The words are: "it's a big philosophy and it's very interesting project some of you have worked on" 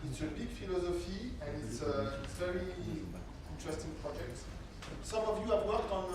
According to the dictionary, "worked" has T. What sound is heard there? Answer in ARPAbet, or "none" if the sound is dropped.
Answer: T